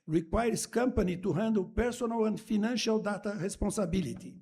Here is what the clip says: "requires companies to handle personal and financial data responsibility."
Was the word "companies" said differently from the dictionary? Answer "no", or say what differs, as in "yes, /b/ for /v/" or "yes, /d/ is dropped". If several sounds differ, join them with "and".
yes, /z/ is dropped